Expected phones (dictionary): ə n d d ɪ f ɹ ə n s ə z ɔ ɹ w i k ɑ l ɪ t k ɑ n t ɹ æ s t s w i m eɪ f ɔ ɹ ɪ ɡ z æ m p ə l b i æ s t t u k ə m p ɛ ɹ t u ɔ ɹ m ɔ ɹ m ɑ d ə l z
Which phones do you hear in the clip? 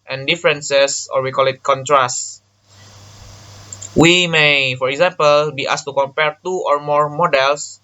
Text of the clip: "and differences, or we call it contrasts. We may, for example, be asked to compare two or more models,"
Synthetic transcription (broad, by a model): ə n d d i f ɹ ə n s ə s ɔ ɹ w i k ɑ l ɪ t k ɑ n t ɹ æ s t w i m eɪ f ɔ ɹ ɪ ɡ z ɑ m p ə l b i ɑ s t t u k ə m p ɛ ɹ t u ɔ ɹ m ɔ ɹ m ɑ d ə l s